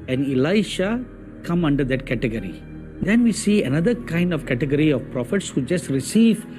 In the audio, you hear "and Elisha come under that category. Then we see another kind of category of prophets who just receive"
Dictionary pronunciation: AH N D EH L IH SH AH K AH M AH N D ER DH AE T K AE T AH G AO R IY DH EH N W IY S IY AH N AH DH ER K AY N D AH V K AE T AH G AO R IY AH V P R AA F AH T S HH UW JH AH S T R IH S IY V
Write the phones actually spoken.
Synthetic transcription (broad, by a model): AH N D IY L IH SH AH K AH M AH N D ER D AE T K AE T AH G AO R IY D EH N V IY S IY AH N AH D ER K AY N D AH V K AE T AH G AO R IY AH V P R AA F AH T S HH UW JH AH S T R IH S IY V